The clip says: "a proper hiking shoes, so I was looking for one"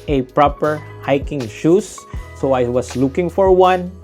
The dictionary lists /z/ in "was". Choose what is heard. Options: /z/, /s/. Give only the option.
/s/